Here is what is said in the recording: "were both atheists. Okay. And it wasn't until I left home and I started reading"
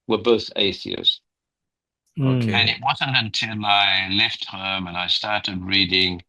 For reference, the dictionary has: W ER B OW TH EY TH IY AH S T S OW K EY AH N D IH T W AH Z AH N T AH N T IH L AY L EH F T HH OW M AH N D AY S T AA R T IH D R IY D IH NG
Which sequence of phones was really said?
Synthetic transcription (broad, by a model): W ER B OW TH EY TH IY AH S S OW K EY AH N IH T W AH Z AH N T AH N T IH L AY L EH F T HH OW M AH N AY S T AA R T IH D R IY D IH NG